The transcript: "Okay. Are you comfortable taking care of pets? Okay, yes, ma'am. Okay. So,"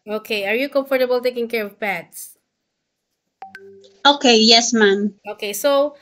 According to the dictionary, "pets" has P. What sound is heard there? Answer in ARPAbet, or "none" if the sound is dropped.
B